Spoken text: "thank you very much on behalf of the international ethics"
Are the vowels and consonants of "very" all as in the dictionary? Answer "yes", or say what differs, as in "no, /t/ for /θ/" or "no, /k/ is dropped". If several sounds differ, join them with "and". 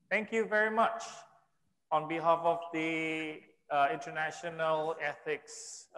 yes